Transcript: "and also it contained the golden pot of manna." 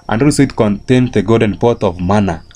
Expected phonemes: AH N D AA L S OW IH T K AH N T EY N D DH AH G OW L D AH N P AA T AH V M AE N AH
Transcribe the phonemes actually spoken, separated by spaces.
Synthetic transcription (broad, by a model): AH N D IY S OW IH T K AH N T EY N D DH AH G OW D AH N P AA T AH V M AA N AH